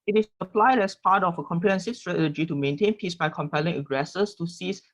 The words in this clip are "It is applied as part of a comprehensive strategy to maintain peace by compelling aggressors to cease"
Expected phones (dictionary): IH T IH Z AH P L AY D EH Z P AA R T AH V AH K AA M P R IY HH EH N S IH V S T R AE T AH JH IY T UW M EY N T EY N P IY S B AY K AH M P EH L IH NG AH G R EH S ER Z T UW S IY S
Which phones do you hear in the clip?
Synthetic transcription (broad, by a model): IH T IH S AH P L AY D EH S P AA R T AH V AH K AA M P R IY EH N S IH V S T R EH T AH JH IY T UW M EY N T EY N P IY S B AY K AH M P EH L IH NG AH G R EH S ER S T UW S IY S